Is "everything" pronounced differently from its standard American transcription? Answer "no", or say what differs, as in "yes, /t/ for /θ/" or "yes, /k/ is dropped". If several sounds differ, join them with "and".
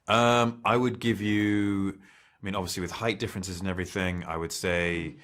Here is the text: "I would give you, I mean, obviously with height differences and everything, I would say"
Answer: no